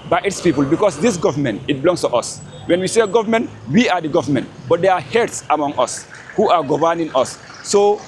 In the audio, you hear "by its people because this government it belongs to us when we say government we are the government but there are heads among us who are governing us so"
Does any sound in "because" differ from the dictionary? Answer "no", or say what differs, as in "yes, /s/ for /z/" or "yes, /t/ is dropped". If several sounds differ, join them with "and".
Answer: yes, /s/ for /z/